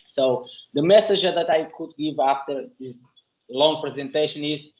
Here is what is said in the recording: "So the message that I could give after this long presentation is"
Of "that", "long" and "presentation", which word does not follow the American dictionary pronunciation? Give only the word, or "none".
none